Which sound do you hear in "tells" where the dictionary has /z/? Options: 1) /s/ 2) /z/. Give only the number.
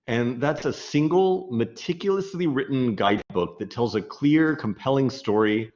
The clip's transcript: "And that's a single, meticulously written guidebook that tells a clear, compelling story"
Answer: 2